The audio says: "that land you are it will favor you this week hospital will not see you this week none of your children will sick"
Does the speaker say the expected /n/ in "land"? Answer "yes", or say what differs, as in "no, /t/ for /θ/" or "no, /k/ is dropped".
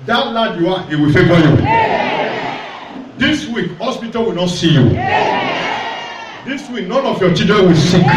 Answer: no, /n/ is dropped